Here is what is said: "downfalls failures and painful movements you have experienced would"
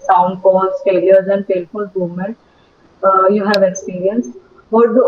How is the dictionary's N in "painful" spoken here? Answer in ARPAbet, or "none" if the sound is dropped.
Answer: L